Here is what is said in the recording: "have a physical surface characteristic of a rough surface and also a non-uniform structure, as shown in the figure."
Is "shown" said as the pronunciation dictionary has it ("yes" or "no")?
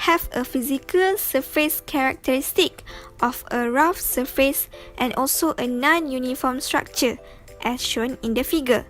yes